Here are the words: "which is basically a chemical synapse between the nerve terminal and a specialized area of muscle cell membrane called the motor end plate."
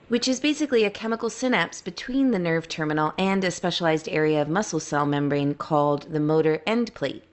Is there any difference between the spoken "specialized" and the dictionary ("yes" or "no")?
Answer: no